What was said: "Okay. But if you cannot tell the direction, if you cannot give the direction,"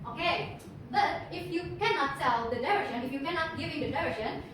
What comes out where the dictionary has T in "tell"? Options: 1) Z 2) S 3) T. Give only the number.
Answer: 2